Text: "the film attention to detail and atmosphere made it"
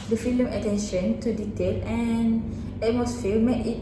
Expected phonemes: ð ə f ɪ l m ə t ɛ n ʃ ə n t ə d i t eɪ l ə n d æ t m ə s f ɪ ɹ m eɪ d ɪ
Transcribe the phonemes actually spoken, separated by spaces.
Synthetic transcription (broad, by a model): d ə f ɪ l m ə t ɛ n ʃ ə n t ə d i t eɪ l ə n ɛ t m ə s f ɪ l m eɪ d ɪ